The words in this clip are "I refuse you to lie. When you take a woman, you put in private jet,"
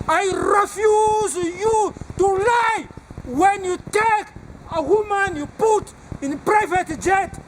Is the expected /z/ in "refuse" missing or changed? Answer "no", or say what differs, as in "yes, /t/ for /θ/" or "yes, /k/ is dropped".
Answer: no